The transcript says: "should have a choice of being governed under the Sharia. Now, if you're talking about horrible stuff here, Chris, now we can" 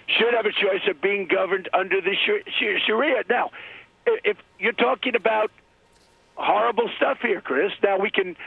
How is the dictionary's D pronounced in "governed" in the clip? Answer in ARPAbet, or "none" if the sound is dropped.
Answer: D